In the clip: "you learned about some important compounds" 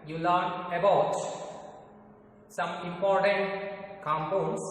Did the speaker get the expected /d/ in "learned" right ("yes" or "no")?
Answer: no